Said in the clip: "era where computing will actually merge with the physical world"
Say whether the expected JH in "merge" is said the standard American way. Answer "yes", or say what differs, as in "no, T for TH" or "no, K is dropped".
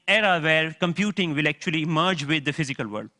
yes